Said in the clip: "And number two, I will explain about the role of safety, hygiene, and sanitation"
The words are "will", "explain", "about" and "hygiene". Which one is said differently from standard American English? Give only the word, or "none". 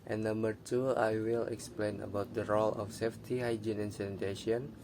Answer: none